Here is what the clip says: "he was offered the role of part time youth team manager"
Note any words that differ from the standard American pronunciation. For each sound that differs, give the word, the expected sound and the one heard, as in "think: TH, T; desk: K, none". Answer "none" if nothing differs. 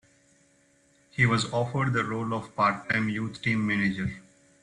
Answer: youth: TH, T